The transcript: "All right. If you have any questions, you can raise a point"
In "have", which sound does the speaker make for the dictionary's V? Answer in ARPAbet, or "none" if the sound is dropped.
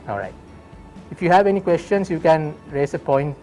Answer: V